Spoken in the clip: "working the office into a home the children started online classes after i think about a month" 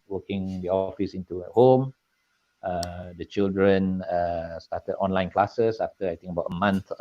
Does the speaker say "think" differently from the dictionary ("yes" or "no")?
yes